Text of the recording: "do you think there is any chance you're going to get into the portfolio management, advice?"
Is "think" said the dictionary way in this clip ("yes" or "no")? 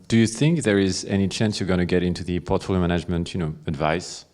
yes